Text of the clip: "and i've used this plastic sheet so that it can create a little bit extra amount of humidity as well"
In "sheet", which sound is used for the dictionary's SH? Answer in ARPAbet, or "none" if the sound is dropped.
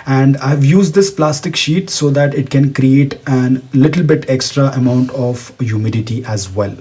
SH